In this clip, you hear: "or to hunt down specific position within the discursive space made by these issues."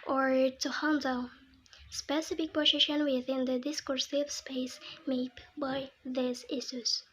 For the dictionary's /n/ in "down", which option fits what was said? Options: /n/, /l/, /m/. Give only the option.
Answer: /l/